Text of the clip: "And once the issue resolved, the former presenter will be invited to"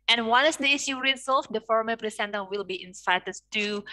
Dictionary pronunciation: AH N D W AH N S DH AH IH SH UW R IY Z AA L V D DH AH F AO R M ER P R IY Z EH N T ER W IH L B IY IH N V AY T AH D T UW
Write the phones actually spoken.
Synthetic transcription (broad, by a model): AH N W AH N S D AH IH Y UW R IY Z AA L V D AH F AO R M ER P R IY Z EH N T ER W IH L B IY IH N P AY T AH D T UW